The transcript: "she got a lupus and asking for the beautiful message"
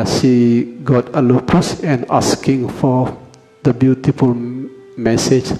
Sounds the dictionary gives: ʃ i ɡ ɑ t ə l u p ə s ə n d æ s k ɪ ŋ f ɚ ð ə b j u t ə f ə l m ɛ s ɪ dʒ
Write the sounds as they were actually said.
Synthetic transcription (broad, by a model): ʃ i ɡ ɑ t ə l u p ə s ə n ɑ s k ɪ ŋ f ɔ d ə b j u t ə f ə l m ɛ s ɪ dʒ